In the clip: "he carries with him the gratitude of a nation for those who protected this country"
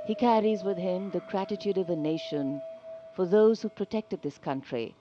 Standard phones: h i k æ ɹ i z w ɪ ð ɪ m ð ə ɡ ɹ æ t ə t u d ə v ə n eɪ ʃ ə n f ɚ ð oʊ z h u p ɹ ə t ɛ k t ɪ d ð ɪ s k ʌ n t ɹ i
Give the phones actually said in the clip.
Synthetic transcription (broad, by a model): h i k æ ɹ i z w ɪ ð ɪ m ð ə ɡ ɹ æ t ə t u d ə v ə n eɪ ʃ ə n f ɚ ð oʊ z h u p ɹ ə t ɛ k t ɪ d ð ɪ s k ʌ n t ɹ i